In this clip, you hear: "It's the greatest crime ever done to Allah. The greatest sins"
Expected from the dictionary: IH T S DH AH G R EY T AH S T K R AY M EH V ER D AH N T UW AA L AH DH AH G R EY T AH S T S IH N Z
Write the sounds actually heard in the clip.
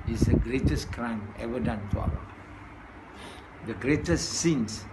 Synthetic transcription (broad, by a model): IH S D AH G R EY T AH S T K R AY M EH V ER D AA N T UW AA W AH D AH G R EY T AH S S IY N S